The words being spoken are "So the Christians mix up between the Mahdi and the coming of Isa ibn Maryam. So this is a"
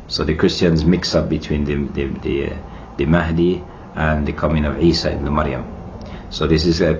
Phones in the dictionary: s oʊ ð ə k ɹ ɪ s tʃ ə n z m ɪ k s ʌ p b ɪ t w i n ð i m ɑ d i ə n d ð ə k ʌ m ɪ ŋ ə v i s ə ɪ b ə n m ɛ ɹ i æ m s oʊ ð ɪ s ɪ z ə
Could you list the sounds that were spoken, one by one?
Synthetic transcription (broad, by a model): s oʊ ð ə k ɹ ɪ s tʃ ə n z m ɪ k s ʌ p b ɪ t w i n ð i m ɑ d i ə n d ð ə k ʌ m ɪ ŋ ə v i s ə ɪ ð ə m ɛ ɹ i m s oʊ ð ɪ s ɪ z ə